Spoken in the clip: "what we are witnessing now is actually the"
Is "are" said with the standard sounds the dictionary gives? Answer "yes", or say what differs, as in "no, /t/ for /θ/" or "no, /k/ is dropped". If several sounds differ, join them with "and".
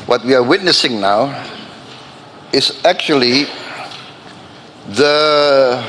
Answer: yes